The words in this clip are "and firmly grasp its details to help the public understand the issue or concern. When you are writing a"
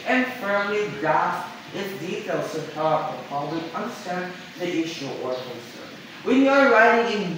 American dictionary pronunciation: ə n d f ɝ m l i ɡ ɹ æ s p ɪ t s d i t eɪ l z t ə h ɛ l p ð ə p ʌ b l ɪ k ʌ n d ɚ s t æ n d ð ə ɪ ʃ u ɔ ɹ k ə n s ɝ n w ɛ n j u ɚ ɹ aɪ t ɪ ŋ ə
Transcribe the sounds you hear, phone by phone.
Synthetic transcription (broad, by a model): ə n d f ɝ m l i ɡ ɹ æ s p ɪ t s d i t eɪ l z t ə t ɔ p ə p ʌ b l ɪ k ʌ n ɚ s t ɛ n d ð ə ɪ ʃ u ɔ ɹ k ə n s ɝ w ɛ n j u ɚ ɹ aɪ t ɪ ŋ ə